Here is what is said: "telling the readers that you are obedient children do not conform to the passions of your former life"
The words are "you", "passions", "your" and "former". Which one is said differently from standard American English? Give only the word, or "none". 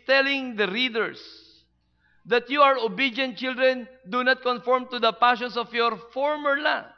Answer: passions